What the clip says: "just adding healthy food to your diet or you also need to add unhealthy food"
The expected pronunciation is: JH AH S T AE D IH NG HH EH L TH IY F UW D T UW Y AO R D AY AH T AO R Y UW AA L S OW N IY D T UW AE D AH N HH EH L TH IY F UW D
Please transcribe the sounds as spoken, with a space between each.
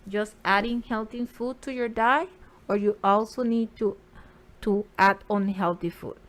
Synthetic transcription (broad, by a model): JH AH S T AE D IH NG HH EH L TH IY F UW D T UW Y AO R D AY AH AO R Y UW AA L S OW N IY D T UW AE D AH N HH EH L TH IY F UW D